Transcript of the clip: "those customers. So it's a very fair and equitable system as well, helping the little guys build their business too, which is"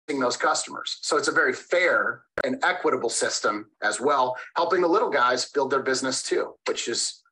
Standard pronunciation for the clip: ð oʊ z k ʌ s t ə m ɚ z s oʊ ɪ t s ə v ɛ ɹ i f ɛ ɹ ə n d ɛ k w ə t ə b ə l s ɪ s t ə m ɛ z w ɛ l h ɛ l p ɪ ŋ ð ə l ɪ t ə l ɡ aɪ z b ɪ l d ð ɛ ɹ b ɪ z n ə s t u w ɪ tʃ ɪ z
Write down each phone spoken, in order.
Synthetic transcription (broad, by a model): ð oʊ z k ʌ s t ə m ɚ z s oʊ ɪ t s ə v ɛ ɹ i f ɛ ɹ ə n ɛ k w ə t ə b l s ɪ s t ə m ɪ z w ɛ l h ɛ l p ɪ ŋ ð ə l ɪ t l ɡ aɪ z b ɪ l d ð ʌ ɹ b ɪ z n ə s t u w ɪ tʃ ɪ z